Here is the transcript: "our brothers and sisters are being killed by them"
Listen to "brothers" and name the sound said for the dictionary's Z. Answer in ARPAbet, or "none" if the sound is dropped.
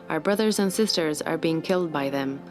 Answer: Z